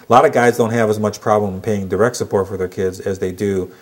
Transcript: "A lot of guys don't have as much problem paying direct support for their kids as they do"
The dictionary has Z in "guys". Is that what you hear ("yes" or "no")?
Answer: yes